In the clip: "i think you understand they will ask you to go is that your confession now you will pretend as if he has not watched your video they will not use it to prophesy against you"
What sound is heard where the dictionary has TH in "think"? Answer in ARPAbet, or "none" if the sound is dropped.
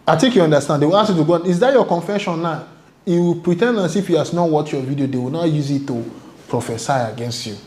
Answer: T